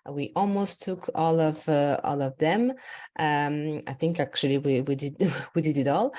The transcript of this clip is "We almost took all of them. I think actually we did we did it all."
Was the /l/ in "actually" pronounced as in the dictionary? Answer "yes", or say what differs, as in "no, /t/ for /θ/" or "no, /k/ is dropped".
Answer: no, /w/ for /l/